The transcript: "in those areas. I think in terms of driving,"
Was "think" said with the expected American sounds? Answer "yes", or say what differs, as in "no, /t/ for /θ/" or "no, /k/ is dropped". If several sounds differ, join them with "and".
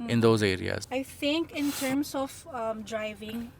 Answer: no, /t/ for /θ/